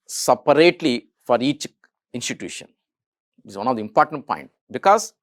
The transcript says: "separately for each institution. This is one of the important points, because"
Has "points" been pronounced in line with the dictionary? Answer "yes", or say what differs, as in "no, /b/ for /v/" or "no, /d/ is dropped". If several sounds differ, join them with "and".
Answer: no, /s/ is dropped